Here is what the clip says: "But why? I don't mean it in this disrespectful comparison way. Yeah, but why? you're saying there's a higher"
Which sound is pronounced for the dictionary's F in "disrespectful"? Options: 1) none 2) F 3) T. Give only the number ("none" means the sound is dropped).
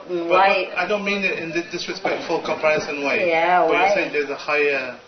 2